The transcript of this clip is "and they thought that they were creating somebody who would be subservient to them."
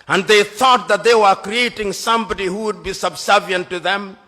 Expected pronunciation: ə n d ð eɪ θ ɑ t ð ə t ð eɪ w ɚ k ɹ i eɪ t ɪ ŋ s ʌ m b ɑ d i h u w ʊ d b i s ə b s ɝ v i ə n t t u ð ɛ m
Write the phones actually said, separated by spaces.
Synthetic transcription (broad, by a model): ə n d ð eɪ θ ɑ t ð ə t ð eɪ w ɚ k ɹ i eɪ t ɪ ŋ s ʌ m b ɑ d i h u w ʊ d b i s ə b s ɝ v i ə n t t u ð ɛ m